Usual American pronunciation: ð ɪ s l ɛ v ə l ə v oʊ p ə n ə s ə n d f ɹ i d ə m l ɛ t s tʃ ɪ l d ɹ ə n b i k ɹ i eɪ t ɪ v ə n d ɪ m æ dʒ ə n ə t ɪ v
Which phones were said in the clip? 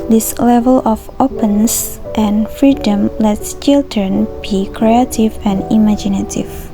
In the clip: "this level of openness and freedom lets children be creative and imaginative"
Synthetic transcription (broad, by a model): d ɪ s l ɛ v ə l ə f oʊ p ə n s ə n f ɹ i d ə m l ɛ t s tʃ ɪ l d ɹ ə n b i k ɹ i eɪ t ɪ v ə n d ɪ m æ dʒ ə n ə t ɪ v